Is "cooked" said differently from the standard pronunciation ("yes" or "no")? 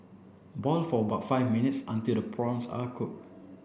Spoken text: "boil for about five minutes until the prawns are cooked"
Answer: yes